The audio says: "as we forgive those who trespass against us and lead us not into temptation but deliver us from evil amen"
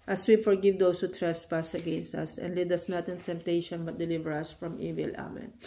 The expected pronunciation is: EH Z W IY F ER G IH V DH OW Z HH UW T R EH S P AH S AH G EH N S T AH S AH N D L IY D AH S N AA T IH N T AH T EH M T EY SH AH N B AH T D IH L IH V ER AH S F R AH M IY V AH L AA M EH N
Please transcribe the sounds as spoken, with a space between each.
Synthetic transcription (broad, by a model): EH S W IY F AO G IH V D OW S HH UW T R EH S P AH S AH G EH N S T AH S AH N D L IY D AH S N AA T IH N T AH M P T EY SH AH N B AH T D IH L IH V ER AH S F R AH M IY V AH L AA M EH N